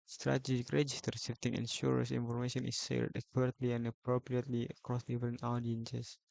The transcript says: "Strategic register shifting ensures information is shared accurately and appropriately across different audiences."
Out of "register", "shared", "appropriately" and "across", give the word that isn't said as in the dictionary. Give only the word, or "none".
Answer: shared